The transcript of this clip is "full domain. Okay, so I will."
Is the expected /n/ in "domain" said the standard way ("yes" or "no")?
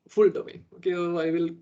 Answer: no